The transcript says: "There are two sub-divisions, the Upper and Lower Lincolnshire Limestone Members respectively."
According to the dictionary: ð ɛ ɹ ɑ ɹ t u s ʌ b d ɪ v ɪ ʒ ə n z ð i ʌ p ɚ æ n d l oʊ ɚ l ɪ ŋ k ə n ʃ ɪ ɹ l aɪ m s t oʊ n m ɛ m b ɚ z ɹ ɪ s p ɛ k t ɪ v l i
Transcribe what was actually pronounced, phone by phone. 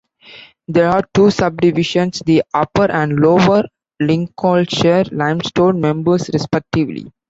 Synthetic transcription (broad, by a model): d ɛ ɹ ɑ ɹ t u s ʌ b d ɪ v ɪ ʃ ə n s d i ʌ p ɚ æ n d l oʊ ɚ l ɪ ŋ k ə l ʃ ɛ ɹ l aɪ m s t oʊ n m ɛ m b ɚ s ɹ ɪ s p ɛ k t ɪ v l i